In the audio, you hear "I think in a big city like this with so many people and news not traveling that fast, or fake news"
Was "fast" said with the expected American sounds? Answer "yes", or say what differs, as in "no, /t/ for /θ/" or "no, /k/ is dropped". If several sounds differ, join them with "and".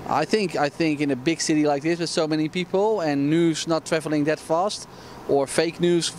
yes